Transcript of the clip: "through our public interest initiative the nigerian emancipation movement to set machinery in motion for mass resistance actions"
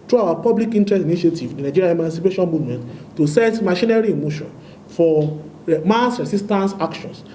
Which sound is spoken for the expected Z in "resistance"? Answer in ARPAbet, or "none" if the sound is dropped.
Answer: S